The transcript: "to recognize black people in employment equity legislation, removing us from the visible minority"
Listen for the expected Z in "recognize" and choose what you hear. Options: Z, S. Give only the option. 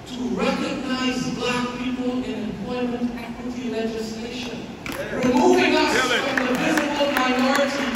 Z